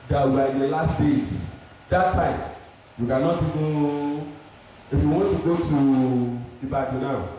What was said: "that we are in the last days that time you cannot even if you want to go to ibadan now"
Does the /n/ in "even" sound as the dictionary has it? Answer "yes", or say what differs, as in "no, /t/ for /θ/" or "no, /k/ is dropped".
no, /n/ is dropped